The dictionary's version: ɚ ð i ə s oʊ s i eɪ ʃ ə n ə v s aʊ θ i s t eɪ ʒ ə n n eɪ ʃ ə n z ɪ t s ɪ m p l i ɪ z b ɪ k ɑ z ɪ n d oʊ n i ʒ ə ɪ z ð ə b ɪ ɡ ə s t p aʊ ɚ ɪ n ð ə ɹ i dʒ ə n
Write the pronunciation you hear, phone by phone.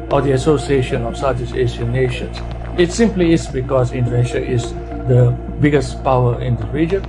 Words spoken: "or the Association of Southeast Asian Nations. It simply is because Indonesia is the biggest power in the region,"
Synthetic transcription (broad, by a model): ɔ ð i ə s oʊ s i eɪ ʃ ə n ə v s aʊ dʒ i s eɪ s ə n n eɪ ʃ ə n s ɪ t s ɪ m p l i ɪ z b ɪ k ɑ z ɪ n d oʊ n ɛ ʃ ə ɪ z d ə b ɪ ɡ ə s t p aʊ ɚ ɪ n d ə ɹ i dʒ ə n